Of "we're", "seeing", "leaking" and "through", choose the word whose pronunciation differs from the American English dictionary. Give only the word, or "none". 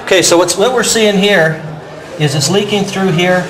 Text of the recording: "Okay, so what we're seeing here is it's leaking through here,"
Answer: none